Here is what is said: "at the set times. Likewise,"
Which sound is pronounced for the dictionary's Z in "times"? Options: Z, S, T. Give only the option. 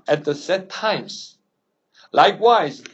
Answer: S